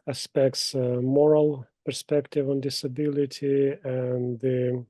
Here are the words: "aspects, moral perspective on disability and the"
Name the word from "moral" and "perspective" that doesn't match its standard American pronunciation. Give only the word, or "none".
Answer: none